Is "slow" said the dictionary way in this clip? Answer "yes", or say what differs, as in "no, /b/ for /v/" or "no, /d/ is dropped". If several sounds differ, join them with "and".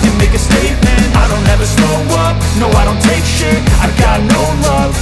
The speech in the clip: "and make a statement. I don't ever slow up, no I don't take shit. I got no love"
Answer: no, /l/ is dropped